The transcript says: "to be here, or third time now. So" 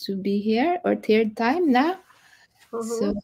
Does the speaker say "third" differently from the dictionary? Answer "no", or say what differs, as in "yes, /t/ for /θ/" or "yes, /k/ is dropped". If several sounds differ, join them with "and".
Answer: yes, /t/ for /θ/